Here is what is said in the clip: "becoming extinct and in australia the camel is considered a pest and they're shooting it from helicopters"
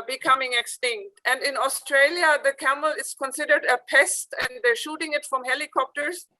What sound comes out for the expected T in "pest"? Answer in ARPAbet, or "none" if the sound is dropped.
T